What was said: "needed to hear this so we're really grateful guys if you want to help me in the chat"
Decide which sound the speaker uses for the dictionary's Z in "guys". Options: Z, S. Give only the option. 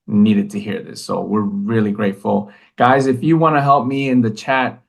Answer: Z